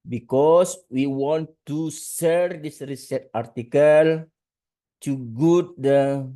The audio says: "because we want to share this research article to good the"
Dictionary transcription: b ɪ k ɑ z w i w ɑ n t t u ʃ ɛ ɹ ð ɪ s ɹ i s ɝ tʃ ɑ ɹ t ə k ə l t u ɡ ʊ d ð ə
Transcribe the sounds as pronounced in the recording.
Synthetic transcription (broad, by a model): b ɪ k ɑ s w i w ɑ n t t u s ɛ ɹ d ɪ s ɹ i s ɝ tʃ ɑ ɹ t ə k ə l t u ɡ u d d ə